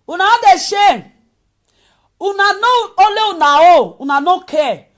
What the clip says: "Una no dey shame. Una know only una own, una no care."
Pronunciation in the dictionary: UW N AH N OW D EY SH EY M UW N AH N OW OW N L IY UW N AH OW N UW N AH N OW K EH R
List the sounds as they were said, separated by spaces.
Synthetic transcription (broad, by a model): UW N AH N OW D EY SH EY UW N AH N OW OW L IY UW N AH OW UW N AH N OW K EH